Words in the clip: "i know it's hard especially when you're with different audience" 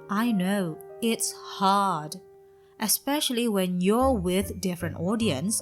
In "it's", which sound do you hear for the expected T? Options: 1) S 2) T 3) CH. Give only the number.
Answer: 2